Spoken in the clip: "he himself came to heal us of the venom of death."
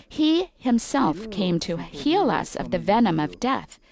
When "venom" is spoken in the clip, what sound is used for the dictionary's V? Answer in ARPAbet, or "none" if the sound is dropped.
V